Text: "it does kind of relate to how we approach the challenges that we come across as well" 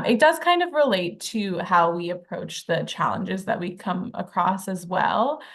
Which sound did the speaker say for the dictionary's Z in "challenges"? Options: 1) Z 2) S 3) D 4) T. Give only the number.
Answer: 1